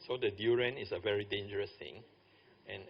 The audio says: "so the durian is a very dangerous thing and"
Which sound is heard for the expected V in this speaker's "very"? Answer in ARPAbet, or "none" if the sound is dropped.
V